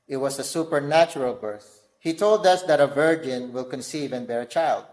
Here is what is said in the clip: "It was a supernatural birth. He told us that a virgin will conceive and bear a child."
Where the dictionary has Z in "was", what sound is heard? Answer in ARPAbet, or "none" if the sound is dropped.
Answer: S